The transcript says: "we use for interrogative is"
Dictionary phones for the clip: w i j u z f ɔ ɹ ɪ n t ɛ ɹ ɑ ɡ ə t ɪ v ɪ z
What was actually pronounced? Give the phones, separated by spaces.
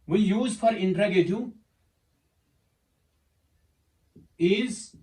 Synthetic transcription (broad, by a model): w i j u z f ɔ ɹ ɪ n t ɹ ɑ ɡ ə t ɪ ɪ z